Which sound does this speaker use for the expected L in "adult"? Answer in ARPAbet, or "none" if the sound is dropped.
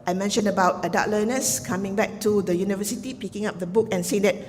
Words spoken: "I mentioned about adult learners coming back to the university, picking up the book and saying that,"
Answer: none